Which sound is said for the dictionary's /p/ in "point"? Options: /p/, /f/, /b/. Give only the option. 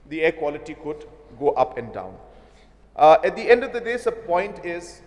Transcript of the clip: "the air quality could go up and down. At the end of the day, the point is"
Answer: /p/